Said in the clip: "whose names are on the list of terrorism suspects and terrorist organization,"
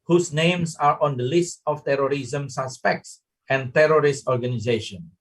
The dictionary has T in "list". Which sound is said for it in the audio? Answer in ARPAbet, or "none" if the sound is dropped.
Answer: T